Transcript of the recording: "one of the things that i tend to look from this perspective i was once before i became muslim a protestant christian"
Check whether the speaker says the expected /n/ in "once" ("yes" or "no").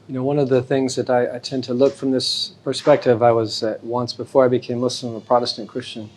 yes